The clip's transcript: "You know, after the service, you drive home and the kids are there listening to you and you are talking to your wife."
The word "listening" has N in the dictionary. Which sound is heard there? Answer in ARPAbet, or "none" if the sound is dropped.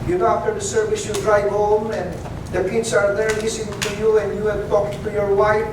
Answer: none